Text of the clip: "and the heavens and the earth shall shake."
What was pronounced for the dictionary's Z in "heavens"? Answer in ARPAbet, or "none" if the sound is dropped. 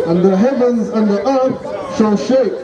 Z